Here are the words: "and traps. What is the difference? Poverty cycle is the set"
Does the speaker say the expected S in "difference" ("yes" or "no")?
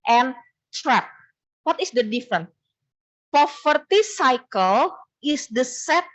no